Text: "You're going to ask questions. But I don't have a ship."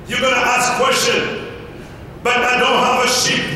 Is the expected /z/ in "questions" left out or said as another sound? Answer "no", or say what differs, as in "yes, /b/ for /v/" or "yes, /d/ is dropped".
yes, /z/ is dropped